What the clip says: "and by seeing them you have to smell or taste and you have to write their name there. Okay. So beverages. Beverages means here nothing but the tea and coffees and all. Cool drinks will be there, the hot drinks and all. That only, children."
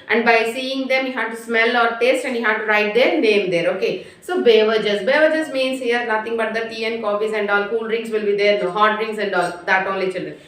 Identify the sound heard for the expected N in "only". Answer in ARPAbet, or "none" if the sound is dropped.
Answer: none